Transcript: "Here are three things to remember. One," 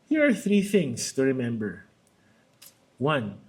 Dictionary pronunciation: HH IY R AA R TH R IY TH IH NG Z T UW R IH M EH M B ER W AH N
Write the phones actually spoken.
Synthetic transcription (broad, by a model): HH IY R AA R TH R IY TH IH NG S T UW R IH M EH M B ER W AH N